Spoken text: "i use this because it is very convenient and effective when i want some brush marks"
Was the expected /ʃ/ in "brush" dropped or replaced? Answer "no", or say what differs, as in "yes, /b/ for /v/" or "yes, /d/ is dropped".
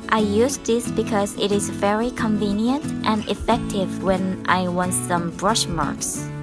no